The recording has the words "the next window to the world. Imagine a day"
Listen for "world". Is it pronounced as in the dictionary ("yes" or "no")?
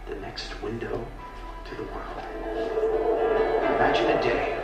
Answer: yes